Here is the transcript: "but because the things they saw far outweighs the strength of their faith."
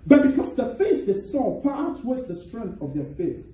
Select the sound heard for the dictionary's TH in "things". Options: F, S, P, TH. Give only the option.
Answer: F